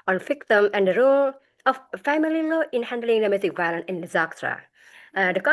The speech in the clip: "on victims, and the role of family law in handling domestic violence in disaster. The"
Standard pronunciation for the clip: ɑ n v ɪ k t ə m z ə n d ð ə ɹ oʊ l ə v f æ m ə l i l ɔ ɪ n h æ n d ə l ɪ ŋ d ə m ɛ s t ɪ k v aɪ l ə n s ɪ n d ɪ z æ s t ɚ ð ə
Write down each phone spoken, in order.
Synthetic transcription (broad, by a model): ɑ n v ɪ k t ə m ə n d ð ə ɹ oʊ l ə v f æ m ə l i l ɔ ɪ n h æ n d ə l ɪ ŋ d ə m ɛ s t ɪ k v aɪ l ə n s ɪ n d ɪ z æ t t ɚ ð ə